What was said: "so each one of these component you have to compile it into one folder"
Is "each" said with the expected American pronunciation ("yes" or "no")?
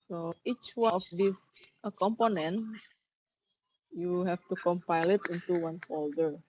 yes